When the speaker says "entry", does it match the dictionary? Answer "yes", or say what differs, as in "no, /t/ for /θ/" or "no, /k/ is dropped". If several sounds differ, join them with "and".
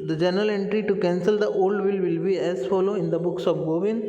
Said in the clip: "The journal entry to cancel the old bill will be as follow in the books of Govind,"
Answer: yes